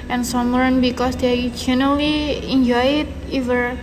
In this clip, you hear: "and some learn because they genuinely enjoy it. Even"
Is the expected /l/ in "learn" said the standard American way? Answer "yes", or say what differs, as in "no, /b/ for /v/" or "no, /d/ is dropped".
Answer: no, /w/ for /l/